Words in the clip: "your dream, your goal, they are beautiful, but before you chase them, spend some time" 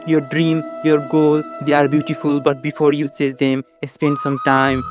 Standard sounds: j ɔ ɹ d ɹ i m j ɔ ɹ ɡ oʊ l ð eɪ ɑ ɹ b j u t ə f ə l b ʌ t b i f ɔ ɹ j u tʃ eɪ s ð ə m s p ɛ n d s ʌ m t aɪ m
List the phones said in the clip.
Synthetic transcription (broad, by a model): j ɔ ɹ d ɹ i m j ɔ ɹ ɡ oʊ l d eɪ ɑ ɹ b j u t ə f ə l b ʌ t b i f ɔ ɹ j u s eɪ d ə m s p ɛ n d s ʌ m t aɪ m